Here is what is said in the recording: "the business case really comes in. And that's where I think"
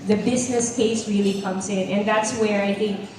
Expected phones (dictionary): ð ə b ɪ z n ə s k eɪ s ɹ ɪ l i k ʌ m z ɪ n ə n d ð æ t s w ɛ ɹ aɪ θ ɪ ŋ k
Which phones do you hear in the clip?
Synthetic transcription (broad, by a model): ð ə b ɪ z n ə s k eɪ s ɹ ɪ l i k ʌ m z ɪ n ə n ð æ t s w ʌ ɹ aɪ θ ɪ ŋ k